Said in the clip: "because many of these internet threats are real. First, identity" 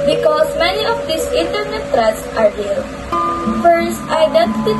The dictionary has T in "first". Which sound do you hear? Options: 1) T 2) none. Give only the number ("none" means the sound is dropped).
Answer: 1